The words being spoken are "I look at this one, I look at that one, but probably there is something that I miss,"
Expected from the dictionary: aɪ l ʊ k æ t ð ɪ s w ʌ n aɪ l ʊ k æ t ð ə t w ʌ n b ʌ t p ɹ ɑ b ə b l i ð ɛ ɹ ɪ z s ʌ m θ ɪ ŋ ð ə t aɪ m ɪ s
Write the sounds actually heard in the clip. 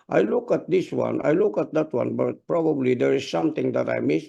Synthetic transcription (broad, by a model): aɪ l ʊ k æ t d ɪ s w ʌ n aɪ l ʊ k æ t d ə t w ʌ n b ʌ t p ɹ ɑ b ə b l i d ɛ ɹ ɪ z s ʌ m t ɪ ŋ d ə t aɪ m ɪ s